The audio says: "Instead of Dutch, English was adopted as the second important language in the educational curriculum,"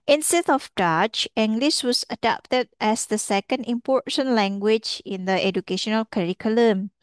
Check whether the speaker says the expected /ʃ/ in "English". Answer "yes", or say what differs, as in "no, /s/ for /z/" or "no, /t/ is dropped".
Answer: no, /s/ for /ʃ/